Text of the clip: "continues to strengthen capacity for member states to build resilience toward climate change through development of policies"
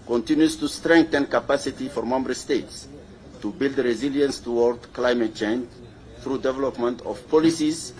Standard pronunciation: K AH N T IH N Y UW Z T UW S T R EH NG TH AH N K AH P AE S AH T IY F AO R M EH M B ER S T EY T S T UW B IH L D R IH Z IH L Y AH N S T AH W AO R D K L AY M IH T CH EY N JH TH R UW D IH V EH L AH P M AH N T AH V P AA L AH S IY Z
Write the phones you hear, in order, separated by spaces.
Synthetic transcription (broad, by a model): K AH N T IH N Y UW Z T UW S T R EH NG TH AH N K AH P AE S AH T IY F AO R M EH M B ER S T EY T S T UW B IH L D R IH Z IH L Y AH N S T AH W AO R D K L AY M IH T CH EY N JH TH R UW D IH V EH L AH P M AH N T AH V P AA L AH S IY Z